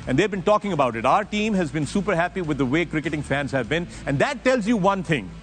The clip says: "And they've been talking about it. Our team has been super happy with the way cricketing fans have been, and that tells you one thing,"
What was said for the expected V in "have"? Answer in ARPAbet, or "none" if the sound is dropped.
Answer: V